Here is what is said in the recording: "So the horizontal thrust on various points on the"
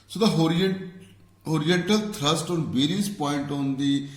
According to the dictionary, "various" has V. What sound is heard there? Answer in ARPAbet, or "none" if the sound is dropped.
B